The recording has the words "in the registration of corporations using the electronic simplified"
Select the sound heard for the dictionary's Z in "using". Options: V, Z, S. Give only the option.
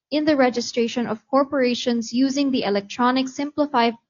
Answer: Z